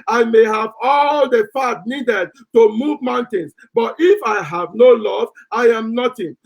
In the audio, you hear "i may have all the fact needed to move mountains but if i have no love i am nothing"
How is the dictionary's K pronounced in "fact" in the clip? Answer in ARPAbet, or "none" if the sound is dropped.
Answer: none